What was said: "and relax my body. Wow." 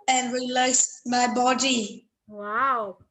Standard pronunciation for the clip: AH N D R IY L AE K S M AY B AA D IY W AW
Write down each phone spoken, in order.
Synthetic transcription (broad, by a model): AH N R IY L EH S M AY B AA D IY W AW